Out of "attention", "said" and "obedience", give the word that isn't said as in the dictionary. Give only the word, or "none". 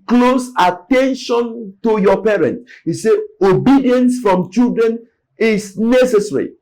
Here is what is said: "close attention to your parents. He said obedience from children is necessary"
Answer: said